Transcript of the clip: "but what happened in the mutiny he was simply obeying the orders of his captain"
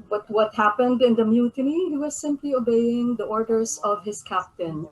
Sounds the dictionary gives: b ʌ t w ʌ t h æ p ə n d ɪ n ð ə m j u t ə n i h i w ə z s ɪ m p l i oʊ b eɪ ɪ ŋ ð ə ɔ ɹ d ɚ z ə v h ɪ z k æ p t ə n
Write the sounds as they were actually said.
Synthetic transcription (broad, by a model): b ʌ t w ʌ t h æ p ə n d ɪ n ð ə m j u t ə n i h i w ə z s ɪ m p l i oʊ b eɪ ɪ ŋ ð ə ɔ ɹ d ɚ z ə v h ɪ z k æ p t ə n